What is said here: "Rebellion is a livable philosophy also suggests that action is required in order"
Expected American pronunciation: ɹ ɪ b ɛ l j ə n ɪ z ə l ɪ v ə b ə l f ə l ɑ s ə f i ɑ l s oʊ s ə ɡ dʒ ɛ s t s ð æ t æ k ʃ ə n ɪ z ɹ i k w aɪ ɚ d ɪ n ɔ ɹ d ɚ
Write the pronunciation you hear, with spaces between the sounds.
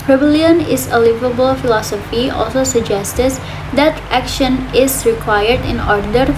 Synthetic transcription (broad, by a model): ɹ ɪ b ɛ l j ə n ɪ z ə l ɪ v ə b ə l f ə l ɑ s ə f i ɑ l s oʊ s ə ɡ dʒ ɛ s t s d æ t æ k ʃ ə n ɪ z ɹ i k w aɪ ɚ d ɪ n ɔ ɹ d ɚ